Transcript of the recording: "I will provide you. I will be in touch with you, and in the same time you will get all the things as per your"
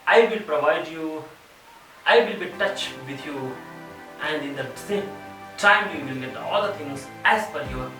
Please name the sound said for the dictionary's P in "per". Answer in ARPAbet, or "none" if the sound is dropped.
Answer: F